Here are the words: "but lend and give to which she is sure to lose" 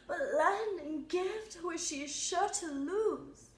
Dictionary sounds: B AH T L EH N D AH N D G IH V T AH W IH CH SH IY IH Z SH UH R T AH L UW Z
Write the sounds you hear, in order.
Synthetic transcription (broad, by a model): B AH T L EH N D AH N G IH F T W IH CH SH IY IH Z SH UH R T AH L UW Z